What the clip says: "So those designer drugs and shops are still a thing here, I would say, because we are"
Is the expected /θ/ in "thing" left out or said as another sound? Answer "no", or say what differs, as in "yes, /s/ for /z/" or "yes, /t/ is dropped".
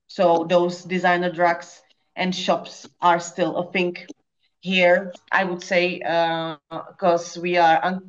yes, /f/ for /θ/